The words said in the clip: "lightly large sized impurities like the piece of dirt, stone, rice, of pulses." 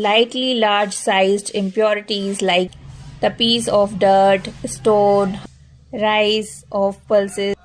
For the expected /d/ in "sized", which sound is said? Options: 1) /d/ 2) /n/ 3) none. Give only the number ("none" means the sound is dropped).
1